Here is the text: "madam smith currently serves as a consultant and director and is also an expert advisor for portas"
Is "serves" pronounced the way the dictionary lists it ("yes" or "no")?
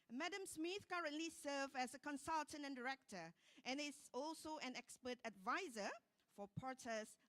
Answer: no